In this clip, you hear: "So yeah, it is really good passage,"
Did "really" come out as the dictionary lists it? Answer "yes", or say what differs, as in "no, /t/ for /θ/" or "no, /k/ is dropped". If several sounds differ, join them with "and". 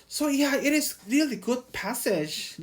yes